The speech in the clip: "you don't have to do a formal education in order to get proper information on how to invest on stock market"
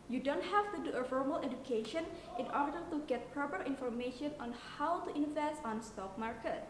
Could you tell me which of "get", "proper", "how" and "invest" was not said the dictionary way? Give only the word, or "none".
invest